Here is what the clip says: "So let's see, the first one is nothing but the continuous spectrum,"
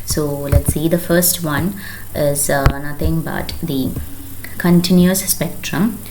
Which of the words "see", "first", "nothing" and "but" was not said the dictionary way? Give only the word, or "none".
nothing